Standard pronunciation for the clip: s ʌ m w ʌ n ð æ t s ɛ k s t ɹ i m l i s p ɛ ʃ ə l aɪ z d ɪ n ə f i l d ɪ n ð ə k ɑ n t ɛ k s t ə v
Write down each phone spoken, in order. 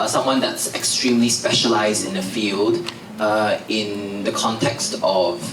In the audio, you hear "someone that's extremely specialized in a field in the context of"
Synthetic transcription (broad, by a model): s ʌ m w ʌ n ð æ t s ɛ k s t ɹ i m l i s p ɛ ʃ ə l aɪ z d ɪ n ə f i l d ɪ n ð ə k ɑ n t ɛ k s t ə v